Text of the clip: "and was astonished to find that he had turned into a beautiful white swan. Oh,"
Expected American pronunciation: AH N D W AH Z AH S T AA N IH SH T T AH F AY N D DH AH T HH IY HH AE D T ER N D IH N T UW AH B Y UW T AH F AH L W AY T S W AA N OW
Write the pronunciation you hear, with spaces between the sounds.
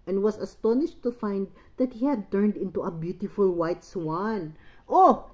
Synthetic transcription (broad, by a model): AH N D W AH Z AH S T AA N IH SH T T AH F AY N D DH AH T HH IY HH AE D T ER N D IH N T UW AH B Y UW T AH F AH L W AY T S W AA N OW